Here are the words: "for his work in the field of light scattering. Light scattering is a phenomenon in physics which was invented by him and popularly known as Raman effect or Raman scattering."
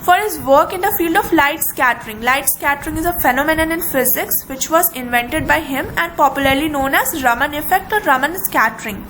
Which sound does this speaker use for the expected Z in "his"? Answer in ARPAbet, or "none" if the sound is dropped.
Z